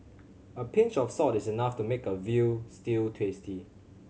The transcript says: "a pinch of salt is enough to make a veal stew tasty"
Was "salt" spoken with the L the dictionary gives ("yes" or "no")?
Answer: no